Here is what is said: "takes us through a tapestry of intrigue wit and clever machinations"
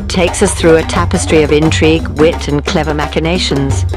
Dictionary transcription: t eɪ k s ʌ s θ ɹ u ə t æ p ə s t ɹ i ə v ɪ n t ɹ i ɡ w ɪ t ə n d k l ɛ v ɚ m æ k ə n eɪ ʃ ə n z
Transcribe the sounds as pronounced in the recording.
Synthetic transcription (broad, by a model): t eɪ k s ʌ s θ ɹ u ə t æ p ə s t ɹ i ə v ɪ n t ɹ i ɡ w ɪ t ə n k l ɛ v ɚ m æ k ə n eɪ ʃ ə n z